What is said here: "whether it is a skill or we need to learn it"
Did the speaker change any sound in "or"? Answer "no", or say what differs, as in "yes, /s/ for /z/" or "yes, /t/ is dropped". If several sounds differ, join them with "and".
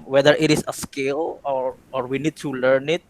no